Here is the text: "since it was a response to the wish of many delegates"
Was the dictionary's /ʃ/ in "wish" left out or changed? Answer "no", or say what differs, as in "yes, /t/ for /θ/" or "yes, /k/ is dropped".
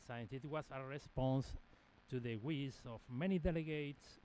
yes, /s/ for /ʃ/